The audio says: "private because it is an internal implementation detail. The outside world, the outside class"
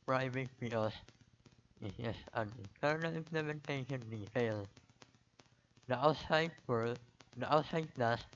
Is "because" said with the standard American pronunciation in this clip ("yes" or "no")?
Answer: no